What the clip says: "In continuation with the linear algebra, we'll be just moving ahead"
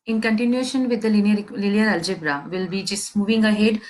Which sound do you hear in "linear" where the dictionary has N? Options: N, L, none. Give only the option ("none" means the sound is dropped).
L